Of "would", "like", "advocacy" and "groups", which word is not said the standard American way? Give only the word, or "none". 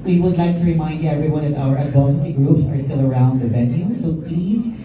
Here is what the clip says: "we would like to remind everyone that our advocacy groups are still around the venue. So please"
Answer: advocacy